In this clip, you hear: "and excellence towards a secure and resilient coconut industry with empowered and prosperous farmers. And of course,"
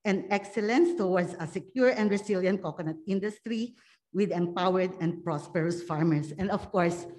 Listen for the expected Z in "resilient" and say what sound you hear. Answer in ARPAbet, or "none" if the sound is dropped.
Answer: S